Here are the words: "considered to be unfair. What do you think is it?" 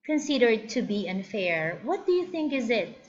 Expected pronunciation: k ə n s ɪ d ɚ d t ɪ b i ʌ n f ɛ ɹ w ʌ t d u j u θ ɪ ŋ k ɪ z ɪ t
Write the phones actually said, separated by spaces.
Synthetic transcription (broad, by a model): k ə n s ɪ d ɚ d t ɪ b i ʌ n f ɛ ɹ w ʌ t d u j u θ ɪ ŋ k ɪ z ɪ t